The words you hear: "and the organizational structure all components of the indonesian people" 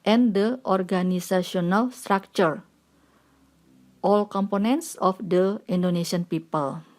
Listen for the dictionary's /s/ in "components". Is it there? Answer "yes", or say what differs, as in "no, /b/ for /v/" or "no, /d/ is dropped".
yes